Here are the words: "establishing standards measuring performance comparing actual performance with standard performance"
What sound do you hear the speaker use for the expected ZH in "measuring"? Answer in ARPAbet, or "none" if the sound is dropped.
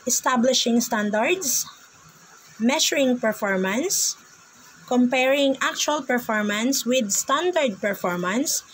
SH